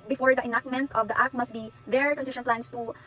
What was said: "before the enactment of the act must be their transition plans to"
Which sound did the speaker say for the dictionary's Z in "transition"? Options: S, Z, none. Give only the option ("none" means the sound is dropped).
S